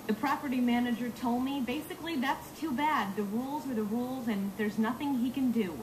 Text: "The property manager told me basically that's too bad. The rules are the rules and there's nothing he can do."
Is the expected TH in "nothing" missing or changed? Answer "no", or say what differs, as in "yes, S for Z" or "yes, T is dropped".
no